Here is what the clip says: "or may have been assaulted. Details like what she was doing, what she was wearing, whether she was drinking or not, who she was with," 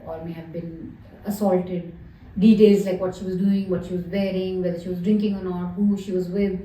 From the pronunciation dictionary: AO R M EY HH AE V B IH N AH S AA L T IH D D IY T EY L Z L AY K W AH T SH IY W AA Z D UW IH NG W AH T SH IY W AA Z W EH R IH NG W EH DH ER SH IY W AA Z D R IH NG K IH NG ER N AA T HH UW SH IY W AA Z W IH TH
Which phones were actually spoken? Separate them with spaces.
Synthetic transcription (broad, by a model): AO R M EY HH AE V B IH N AH S AA L T IH D D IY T EY L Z L AY K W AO T SH IY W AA Z D UW IH NG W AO T SH IY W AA Z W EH R IH NG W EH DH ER SH IY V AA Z D R IH NG K IH NG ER N AA T HH UW SH IY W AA Z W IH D